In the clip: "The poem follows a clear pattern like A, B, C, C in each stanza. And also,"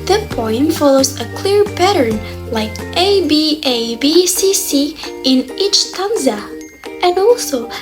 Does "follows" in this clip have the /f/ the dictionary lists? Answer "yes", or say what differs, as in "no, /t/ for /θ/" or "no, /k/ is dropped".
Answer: yes